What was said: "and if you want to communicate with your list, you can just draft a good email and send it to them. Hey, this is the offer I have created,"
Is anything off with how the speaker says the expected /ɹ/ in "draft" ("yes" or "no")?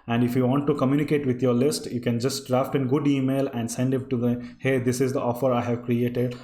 no